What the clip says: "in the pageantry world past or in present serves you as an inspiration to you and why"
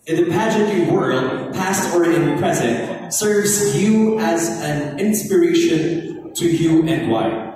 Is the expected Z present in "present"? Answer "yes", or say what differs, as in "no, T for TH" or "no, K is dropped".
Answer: yes